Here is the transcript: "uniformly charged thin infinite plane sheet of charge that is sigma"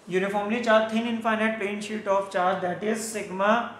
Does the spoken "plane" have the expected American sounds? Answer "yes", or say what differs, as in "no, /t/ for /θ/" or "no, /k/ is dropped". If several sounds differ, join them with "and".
no, /l/ is dropped